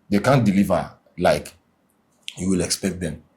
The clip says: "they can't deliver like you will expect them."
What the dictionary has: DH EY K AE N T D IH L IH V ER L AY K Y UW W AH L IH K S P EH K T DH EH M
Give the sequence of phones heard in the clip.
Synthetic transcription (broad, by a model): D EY K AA N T D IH L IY V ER L AY K Y UW W AH L IH K S P EH K T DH EH M